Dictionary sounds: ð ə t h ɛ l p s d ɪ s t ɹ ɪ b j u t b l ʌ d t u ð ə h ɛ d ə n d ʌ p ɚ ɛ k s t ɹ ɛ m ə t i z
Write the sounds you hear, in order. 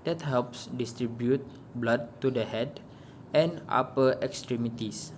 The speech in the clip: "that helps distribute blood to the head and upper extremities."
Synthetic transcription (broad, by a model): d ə t h ɛ l p s d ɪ s t ɹ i b j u t b l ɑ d t u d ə h ɛ d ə n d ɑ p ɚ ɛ k s t ɹ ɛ m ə t i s